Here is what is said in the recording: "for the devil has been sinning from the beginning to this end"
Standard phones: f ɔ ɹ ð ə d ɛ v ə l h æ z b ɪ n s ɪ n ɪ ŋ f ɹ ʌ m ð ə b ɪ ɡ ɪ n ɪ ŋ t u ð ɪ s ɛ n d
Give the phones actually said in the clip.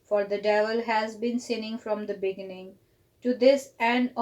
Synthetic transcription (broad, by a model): f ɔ ɹ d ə d ɛ v ə l h æ z b ɪ n s ɪ n ɪ ŋ f ɹ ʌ m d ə b ɪ ɡ ɪ n ɪ ŋ t u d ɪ s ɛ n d